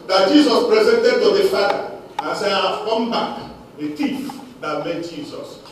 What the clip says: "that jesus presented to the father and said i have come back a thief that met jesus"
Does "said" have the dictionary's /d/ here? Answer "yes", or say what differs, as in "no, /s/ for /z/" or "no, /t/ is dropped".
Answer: no, /d/ is dropped